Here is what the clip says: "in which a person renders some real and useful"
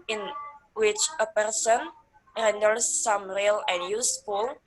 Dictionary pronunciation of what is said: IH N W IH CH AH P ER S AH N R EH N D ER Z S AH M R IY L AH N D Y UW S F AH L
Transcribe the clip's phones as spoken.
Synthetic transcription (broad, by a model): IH N W IH CH AH P ER S AH N R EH N D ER S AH M R IY L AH N Y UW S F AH L